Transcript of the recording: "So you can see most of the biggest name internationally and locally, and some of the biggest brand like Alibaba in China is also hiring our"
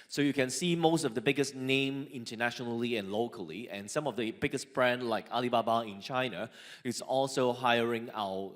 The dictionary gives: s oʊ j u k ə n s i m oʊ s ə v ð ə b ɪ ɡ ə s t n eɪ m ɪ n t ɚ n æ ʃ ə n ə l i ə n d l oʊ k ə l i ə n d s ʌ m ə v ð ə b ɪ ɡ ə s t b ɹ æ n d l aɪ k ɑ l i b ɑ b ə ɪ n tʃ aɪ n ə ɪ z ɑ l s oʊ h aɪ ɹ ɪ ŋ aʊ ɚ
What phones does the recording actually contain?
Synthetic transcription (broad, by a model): s oʊ j u k ə n s i m oʊ s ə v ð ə b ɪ ɡ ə s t n eɪ m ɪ n t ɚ n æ ʃ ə n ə l i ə n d l oʊ k ə l i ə n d s ʌ m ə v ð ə b ɪ ɡ ə s t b ɹ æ n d l aɪ k ɑ l i b ɑ b ə ɪ n tʃ aɪ n ə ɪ s ɑ l s oʊ h aɪ ɹ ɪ ŋ aʊ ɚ